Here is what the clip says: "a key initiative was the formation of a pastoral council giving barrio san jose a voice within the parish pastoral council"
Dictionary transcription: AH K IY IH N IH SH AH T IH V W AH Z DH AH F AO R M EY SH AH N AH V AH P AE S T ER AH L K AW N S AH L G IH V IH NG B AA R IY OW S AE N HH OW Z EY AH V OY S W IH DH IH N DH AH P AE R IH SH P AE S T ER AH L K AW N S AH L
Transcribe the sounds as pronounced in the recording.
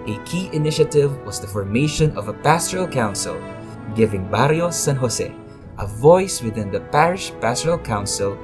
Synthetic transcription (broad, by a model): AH K IY IH N IH SH AH T IH V W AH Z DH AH F AO R M EY SH AH N AH V AH P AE S T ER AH L K AW N S AH L G IH V IH NG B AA R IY OW S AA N HH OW S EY AH V OY S W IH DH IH N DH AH P AE R IH SH P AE S T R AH L K AW N S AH L